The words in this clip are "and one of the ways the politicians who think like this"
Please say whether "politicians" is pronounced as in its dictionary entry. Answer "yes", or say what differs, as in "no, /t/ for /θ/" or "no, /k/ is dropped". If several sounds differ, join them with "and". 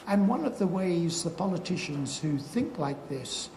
yes